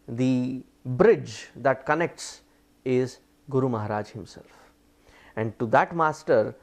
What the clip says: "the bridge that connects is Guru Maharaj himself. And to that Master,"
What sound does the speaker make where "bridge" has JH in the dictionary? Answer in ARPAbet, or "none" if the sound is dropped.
JH